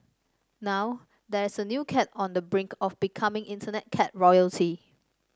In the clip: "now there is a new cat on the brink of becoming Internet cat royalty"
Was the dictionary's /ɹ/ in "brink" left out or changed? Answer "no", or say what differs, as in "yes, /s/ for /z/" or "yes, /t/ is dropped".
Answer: no